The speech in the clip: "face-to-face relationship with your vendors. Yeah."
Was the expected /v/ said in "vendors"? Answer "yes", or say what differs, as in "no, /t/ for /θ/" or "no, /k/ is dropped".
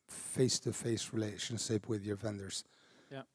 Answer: yes